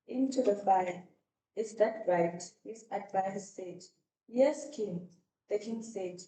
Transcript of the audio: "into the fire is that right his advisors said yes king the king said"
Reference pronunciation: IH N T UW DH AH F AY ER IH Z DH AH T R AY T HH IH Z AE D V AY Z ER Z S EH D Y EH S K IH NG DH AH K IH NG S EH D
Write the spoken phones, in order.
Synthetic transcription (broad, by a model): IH N T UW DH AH F AY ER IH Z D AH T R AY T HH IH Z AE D V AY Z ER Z S EH D Y EH S K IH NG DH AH K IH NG S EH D